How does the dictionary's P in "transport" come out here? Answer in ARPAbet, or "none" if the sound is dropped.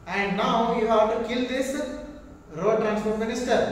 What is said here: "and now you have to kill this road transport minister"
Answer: F